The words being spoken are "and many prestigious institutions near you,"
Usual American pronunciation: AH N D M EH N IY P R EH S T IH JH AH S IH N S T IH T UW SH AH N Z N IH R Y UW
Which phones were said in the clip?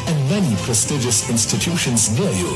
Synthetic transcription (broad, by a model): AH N M EH N IY P R EH S T IH JH AH S IH N S T IH T UW SH AH N Z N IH L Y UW